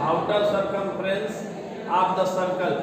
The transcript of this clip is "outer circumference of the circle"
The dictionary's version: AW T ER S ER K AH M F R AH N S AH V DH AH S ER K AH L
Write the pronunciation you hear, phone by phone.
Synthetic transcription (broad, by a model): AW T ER S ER K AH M P R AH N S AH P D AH S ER K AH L